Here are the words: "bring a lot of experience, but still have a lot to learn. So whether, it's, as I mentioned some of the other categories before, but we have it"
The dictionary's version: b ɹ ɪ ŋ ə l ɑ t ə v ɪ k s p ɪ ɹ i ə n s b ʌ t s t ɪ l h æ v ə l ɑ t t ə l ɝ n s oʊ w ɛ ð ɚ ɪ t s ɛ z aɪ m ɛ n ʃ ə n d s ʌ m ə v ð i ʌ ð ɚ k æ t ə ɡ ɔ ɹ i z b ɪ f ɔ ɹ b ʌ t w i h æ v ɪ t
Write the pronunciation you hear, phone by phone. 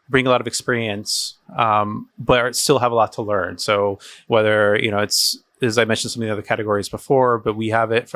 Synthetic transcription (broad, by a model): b ɹ ɪ ŋ ə l ɑ t ə v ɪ k s p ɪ ɹ i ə n s b ʌ t s t ɪ l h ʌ v ə l ɑ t t ə l ɝ n s oʊ w ɛ ð ɚ ɪ t s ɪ z aɪ m ɛ n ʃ n s ʌ m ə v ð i ʌ ð ɚ k æ t ə ɡ ɔ ɹ i z b ɪ f ɔ ɹ b ʌ t w i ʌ v ɪ t